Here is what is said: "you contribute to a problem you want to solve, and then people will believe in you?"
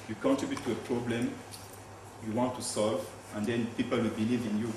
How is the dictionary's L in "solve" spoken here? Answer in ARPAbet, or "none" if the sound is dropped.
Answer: L